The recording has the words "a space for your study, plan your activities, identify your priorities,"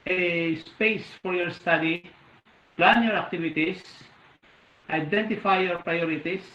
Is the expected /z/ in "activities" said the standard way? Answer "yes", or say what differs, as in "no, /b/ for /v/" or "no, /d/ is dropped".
no, /s/ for /z/